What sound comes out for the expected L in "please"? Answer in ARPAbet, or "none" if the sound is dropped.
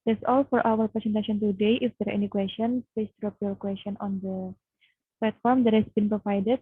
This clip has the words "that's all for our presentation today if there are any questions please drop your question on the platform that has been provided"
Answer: none